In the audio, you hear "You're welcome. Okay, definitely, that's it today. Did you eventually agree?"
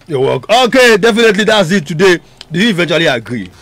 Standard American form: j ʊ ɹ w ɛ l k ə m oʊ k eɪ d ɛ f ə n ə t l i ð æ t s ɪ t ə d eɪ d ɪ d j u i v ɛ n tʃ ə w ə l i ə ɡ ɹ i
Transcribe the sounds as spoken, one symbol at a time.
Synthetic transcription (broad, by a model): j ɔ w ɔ k oʊ k eɪ d ɛ f ə n ə t l i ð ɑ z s ɪ t ə d eɪ d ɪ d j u i v ɛ n tʃ ə w ə l i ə ɡ ɹ i